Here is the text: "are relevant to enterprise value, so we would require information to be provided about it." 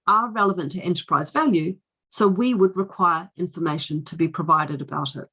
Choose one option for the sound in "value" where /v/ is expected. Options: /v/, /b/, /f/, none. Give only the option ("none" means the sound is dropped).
/v/